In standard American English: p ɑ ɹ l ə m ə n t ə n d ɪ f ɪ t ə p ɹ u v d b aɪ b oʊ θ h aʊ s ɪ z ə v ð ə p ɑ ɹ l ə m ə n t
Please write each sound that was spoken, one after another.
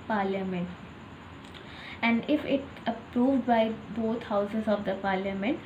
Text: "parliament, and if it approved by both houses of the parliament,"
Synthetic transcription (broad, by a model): p ɑ ɹ l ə m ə n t ə n d ɪ f ɪ t ə p ɹ u v d b aɪ b oʊ t h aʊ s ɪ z ə v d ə p ɑ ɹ l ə m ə n t